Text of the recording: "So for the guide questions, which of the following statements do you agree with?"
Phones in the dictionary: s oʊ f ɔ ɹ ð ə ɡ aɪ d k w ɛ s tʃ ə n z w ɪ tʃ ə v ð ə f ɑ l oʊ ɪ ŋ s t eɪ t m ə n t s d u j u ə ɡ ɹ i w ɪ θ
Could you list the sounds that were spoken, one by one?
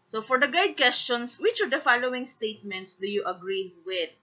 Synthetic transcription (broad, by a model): s oʊ f ɔ ɹ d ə ɡ aɪ d k w ɛ s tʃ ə n s w ɪ tʃ ə v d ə f ɑ l oʊ ɪ ŋ s t eɪ t m ə n t s d u j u ə ɡ ɹ i w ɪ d